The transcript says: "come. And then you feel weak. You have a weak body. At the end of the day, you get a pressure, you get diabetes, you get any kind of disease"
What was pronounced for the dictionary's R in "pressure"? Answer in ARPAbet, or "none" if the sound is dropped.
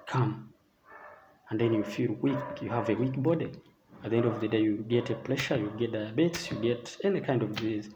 L